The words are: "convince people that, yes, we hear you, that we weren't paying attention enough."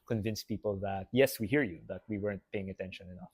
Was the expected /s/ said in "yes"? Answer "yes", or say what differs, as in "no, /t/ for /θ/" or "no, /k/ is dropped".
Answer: yes